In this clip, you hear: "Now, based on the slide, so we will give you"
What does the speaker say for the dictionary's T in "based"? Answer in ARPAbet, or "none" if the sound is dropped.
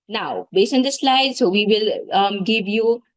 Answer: none